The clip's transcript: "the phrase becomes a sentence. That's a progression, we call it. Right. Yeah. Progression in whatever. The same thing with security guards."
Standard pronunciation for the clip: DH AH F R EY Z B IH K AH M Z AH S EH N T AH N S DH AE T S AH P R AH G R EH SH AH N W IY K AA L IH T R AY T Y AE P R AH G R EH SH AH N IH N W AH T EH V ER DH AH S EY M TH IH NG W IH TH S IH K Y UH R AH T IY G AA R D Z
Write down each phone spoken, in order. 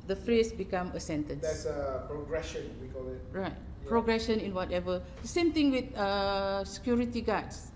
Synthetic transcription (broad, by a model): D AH F R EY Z B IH K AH M AH S EH N T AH N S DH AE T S AH P R AH G R EH SH AH N W IY K AA L IH T R AY T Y P R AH G R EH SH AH N IH N W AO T EH V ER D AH S EY M T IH NG W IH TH S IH K Y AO R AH T IY G AA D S